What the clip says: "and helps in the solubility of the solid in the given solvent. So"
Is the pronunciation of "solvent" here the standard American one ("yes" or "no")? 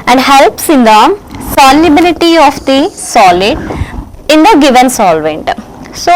yes